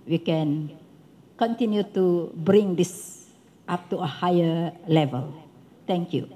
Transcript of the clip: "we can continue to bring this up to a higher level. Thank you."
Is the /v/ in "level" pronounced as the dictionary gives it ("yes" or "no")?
yes